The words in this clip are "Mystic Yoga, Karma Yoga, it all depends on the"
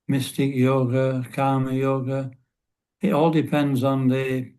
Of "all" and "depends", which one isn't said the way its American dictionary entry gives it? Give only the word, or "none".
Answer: none